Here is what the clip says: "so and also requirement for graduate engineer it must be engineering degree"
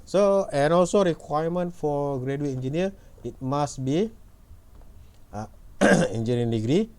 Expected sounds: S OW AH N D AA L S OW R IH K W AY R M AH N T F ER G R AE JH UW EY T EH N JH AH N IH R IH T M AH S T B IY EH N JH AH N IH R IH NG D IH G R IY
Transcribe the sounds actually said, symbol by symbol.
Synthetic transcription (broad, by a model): S OW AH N AA L S OW R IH K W AY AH M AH N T F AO G R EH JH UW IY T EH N JH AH N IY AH IH T M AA S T B IY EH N JH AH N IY IH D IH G R IY